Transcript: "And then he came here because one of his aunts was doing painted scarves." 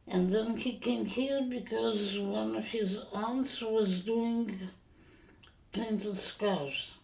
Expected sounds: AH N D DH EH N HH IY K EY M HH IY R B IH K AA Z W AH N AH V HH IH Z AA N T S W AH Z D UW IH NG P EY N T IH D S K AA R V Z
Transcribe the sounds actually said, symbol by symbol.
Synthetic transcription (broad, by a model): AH N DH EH N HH IY K EY M HH IY R B IH K AA Z W AH N AH V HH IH Z AA N T S W AH Z D UW IH NG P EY N T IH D S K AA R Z